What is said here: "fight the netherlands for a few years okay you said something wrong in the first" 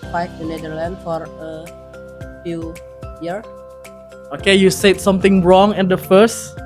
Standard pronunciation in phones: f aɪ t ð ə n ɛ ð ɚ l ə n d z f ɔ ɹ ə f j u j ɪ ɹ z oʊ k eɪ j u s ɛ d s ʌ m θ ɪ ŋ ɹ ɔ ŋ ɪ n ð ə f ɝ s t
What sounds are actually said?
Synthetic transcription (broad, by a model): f aɪ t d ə n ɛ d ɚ l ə n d f ɔ ɹ ə f j u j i ɹ oʊ k eɪ j u s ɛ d s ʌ m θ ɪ ŋ ɹ ɔ ŋ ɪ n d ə f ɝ s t